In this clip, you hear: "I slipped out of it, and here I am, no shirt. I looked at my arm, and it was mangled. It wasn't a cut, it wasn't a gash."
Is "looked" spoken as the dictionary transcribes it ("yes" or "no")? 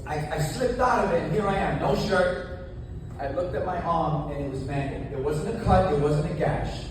yes